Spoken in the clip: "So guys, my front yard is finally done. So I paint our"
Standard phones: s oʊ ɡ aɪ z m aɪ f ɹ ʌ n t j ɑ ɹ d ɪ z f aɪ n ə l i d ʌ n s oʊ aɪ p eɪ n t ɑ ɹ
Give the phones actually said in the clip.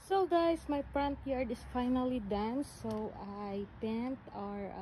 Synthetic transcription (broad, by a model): s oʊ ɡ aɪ s m aɪ p ɹ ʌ n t j ɑ ɹ d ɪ s f aɪ n ə l i d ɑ n s oʊ aɪ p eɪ n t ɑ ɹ